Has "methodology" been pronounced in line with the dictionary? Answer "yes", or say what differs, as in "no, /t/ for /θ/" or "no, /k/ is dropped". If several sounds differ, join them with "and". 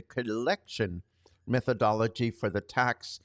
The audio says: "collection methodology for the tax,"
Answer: yes